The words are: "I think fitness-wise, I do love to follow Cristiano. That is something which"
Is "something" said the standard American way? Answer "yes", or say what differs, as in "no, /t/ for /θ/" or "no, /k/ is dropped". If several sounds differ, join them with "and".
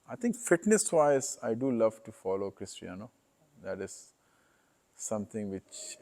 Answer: no, /t/ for /θ/